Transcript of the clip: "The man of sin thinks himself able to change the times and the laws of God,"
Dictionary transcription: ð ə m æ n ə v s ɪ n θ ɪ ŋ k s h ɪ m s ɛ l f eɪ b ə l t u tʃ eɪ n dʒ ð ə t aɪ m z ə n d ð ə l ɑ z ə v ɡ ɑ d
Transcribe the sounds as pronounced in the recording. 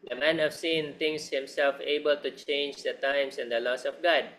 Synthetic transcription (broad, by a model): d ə m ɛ n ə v s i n t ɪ ŋ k s h ɪ m s ɛ l f eɪ b ə l t u tʃ eɪ n dʒ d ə t aɪ m s ə n d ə l ɑ s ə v ɡ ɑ d